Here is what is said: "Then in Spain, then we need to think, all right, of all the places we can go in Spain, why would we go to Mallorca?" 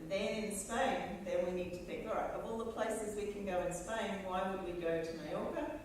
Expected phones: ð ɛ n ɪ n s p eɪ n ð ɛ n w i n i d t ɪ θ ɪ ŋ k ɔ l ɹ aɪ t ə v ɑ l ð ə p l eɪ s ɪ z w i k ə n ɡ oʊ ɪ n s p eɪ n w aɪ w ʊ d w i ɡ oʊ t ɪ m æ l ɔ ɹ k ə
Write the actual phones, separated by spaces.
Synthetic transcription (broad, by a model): ð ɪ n ɪ n s p eɪ n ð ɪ n w i n i d t ɪ θ ɪ ŋ k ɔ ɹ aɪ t ə v ɑ l ð ə p l eɪ s ɪ z w i k ə n ɡ oʊ ɪ n s p eɪ n w aɪ w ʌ d w i ɡ oʊ t ɪ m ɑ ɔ ɹ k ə